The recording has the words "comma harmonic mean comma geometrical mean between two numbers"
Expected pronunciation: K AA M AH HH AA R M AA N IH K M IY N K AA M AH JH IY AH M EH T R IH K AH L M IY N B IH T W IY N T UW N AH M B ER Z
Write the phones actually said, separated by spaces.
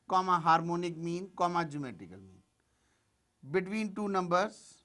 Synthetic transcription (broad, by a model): K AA M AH HH AA R M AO N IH K M IY N K AA M AH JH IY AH M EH T IH K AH L M IY N B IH T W IY N T UW N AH M B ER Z